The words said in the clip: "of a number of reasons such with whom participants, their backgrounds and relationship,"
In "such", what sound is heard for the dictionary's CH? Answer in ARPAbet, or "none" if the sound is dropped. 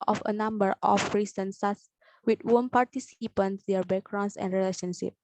S